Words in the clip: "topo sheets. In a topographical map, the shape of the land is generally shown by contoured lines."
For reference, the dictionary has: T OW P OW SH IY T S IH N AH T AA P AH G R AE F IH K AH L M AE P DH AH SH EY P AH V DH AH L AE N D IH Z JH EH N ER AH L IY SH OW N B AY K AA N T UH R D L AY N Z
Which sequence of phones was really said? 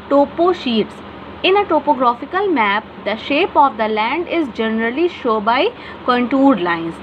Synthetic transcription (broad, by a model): T OW P OW SH IY T S IH N AH T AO P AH G R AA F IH K AH L M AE P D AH SH EY P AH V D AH L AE N D IH Z JH EH N ER AH L IY SH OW B AY K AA N T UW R D L AY N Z